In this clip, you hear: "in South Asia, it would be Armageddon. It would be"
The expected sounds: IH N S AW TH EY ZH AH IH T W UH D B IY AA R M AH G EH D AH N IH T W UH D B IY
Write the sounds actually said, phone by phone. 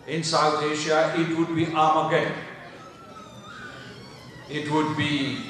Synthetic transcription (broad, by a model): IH N S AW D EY SH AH IH T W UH D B IY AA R M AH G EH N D IH T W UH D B IY